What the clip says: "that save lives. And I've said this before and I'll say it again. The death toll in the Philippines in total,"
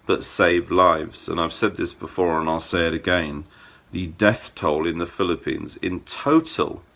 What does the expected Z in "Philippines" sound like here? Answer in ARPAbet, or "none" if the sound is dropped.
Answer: Z